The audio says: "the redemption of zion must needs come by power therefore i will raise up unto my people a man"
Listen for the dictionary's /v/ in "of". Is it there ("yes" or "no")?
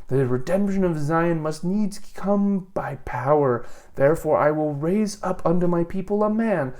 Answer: yes